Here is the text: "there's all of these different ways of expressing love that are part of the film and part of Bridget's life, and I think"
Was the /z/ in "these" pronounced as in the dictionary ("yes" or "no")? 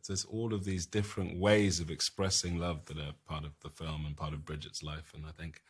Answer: yes